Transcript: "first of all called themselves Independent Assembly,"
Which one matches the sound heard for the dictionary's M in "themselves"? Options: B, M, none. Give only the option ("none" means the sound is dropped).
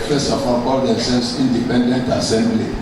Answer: none